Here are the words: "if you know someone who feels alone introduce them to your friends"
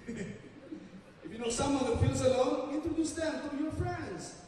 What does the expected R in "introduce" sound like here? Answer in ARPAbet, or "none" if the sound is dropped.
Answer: none